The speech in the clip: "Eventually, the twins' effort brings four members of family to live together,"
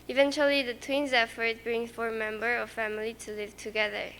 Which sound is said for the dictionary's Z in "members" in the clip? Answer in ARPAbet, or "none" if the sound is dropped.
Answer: none